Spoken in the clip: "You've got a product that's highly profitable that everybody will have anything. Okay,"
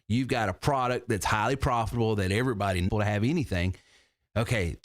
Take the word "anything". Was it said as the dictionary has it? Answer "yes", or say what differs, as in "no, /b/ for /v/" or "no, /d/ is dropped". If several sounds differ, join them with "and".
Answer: yes